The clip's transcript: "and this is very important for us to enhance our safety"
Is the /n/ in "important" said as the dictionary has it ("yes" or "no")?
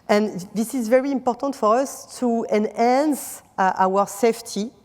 yes